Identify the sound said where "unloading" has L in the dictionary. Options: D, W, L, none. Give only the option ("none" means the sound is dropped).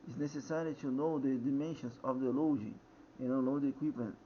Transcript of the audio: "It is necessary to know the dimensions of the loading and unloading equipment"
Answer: none